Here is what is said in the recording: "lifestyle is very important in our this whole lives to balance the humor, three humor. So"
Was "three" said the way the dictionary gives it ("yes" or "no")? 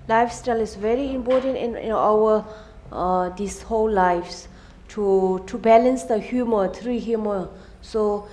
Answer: no